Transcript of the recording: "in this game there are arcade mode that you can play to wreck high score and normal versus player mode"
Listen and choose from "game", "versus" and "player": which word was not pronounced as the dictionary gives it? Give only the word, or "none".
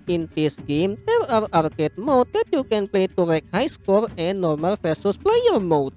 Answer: versus